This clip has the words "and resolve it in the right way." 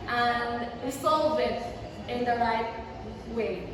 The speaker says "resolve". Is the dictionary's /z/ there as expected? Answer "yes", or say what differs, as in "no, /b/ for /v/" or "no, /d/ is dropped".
no, /s/ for /z/